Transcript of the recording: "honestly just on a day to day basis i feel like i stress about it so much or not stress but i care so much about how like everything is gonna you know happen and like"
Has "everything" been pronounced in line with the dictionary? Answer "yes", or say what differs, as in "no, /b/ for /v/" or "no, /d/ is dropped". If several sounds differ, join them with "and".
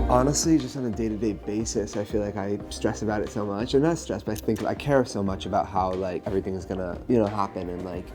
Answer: yes